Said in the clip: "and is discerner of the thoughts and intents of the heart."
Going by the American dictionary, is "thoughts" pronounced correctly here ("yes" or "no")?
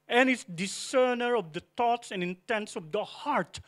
no